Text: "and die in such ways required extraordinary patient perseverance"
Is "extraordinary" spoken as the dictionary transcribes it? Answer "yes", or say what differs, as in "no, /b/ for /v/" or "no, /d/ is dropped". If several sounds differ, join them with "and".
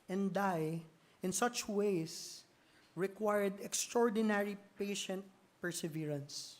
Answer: yes